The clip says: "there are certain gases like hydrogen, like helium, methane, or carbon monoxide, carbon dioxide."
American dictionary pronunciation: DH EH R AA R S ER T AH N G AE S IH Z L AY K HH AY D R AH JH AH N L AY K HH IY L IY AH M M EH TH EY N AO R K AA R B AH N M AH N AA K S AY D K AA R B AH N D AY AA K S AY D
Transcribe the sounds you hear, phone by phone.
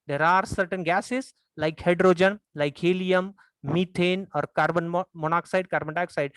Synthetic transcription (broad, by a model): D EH R AA R S ER T AH N G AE S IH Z L AY K HH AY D R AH JH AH N L AY K HH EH L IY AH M M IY T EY N AO R K AA R B AH N M AH N AA K S AY D K AA R B AH N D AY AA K S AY D